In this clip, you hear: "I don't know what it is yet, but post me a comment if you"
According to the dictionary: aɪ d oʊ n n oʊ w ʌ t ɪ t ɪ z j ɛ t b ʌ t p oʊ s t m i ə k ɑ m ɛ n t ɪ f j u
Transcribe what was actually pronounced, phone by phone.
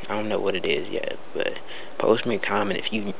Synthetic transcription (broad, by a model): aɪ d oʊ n n oʊ w ʌ t ɪ t ɪ z j ɛ t b ʌ t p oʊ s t m i k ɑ m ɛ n ɪ f j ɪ